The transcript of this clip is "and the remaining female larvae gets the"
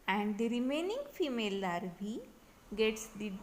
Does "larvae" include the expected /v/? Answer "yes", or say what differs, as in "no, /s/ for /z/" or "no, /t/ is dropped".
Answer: no, /b/ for /v/